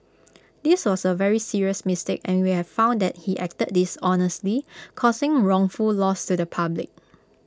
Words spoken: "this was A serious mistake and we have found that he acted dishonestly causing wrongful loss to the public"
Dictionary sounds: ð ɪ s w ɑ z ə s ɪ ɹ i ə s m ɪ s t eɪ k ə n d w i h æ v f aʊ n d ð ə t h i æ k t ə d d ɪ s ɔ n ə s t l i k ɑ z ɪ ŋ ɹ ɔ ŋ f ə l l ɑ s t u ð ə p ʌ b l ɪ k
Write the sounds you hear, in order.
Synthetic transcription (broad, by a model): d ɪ s w ɑ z ə s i ɹ i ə s m ɪ s t eɪ k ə n w i h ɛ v f aʊ n d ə t h i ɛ k t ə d d ɪ s ɔ n ə s t l i k ɑ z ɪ ŋ ɹ ɔ ŋ f ə l l ɑ s t u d ə p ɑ b l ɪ k